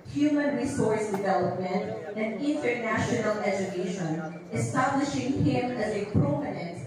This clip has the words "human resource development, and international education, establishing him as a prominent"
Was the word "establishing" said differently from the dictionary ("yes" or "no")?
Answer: no